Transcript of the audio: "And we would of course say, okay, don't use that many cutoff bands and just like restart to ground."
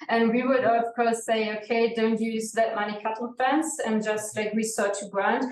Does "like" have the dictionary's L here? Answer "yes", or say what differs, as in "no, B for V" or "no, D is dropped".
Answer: yes